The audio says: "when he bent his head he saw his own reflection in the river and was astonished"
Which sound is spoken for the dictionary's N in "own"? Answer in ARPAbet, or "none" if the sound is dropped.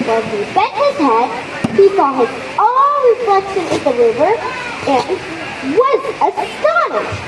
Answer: L